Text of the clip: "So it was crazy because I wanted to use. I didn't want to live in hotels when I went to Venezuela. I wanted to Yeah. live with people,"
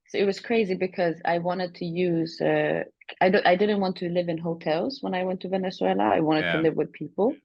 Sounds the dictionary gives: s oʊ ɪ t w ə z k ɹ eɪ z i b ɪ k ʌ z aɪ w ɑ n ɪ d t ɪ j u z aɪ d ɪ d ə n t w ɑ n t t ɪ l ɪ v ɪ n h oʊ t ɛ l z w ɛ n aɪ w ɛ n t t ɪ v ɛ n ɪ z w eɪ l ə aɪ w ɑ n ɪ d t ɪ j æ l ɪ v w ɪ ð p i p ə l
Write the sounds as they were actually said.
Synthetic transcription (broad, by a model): s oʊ ɪ t w ə z k ɹ eɪ z i b ɪ k ʌ z aɪ w ɑ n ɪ d t ɪ j u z aɪ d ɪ d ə n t w ɑ n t t ɪ l ɪ v ɪ n h oʊ t ɛ l z w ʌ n aɪ w ɛ n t t ɪ v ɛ n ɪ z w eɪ l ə aɪ w ɑ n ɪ d t ɪ l ɪ v w ɪ ð p i p l